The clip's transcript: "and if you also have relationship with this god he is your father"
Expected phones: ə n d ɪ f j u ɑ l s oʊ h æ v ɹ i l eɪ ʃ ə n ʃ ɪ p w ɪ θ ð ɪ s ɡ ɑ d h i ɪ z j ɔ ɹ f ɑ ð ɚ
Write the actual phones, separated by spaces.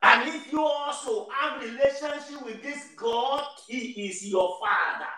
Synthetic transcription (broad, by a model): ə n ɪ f j u ɑ l s oʊ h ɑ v ɹ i l eɪ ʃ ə n ʃ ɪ p w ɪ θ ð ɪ s ɡ ɑ d h i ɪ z j ɔ f ɑ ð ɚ